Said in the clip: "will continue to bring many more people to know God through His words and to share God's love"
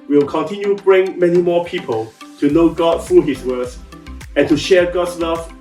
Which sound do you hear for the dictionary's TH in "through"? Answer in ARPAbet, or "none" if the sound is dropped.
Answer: F